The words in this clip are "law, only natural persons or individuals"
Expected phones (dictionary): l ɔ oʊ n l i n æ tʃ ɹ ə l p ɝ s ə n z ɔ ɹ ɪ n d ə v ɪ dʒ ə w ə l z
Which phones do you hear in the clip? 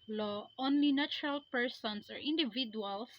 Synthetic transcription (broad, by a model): l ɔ oʊ n l i n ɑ tʃ ɹ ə l p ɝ s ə n s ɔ ɹ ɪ n d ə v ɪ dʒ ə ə l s